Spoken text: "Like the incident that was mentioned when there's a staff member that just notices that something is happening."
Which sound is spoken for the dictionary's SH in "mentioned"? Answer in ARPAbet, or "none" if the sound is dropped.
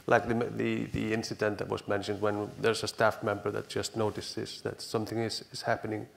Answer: SH